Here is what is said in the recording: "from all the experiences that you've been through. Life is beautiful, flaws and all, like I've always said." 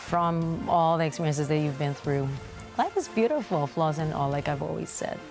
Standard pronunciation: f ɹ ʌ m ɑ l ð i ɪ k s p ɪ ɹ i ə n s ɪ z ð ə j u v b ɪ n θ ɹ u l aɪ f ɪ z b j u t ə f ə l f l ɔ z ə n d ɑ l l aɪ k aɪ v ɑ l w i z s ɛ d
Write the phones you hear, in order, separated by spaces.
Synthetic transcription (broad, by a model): f ɹ ʌ m ɑ l ð i ɪ k s p ɪ ɹ i ə n s ɪ z ð ə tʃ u v b ɪ n θ ɹ u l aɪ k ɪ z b j u t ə f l f l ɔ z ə n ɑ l l aɪ k aɪ v ɑ l w i z s ɛ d